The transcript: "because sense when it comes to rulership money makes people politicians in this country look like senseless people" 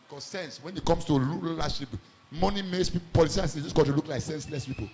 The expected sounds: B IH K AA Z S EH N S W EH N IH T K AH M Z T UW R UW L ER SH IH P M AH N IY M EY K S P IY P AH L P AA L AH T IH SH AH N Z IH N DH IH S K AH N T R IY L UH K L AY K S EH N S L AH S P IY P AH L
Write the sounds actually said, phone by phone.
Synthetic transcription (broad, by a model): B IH K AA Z S EH N S W EH N IH T K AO M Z T UW L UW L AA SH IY P M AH N IY M EY K S P IY P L P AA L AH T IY AH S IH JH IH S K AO T IY L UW K L AY K S EH N S L AH S P IY P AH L